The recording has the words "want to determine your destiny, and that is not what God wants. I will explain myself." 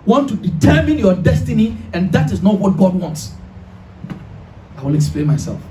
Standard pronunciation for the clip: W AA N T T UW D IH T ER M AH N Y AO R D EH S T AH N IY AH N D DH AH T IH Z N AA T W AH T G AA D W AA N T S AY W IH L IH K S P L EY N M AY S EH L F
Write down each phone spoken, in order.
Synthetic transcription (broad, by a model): W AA N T T UW D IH T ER M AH N Y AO D EH S T AH N IY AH N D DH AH T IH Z N AA T W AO T G AA D W AA N T S AY W IH L IH K S P L EY N M AY S EH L F